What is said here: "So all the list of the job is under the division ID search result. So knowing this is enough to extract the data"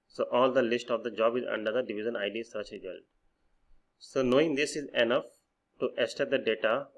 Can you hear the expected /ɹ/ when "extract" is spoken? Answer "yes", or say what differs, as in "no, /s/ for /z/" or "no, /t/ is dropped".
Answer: no, /ɹ/ is dropped